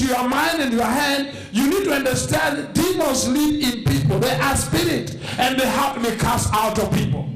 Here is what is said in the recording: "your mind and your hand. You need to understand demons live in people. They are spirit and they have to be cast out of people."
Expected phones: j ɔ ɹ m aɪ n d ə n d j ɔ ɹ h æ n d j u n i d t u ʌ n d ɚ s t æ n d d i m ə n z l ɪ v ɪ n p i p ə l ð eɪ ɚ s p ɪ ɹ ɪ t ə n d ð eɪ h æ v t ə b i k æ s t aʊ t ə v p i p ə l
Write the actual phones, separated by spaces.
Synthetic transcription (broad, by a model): j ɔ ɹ m aɪ n d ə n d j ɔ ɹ h æ n d j u n i d t u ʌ n d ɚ s t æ n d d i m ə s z l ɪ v ɪ n p i p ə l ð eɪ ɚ s p ɪ ɹ ɪ t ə n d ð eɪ h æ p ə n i k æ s aʊ t ə v p i p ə l